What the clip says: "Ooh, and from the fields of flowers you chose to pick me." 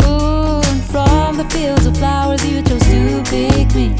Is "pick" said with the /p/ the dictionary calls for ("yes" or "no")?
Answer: no